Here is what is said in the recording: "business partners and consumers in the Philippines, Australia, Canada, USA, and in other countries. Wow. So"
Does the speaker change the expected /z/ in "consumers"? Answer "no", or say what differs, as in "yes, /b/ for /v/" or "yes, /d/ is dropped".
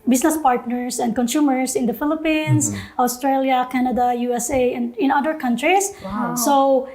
yes, /s/ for /z/